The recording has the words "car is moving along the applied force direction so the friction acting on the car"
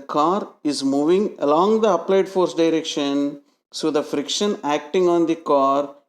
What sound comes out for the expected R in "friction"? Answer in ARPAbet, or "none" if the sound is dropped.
R